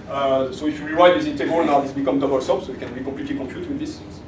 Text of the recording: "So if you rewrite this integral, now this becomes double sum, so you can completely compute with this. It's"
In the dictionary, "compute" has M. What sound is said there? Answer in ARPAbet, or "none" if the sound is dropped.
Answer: none